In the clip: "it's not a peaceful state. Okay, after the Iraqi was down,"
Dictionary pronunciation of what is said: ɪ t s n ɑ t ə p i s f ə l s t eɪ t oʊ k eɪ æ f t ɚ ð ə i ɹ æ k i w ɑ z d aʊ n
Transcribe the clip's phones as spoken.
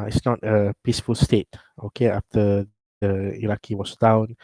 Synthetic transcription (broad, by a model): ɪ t s n ɑ t ə p i s f ə l s t eɪ t oʊ k eɪ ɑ f t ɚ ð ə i ɹ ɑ k i w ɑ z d aʊ n